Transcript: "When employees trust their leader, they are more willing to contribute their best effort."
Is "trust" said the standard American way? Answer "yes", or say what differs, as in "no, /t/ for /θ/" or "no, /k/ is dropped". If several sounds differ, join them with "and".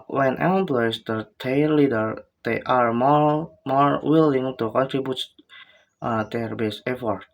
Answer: no, /s/ is dropped